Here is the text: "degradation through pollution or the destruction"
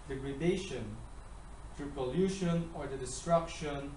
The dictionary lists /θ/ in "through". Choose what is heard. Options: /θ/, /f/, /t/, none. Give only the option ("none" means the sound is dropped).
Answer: /t/